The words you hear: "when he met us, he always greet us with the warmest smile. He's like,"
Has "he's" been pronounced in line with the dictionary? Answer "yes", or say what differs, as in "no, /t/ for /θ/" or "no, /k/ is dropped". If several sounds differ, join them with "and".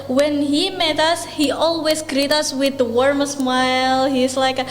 no, /s/ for /z/